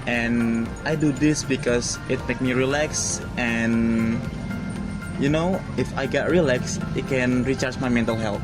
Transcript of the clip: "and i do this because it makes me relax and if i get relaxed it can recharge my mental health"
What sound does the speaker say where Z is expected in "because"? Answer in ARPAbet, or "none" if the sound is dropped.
S